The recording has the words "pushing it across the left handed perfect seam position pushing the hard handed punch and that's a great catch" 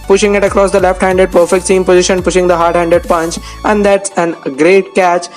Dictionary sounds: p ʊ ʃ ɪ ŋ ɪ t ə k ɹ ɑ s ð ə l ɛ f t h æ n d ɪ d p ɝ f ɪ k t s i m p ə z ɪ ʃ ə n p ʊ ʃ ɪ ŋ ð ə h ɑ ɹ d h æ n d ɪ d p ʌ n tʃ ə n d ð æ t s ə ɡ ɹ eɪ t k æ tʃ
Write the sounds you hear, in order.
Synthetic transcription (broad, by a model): p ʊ ʃ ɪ ŋ ɪ t ə k ɹ ɑ s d ə l ɛ f t h æ n d ɪ d p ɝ f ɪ k t s i m p ə z ɪ ʃ ə n p ʊ ʃ ɪ ŋ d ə h ɑ ɹ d h æ n d ɪ d p ʌ n tʃ ə n d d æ t s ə ɡ ɹ eɪ t k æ tʃ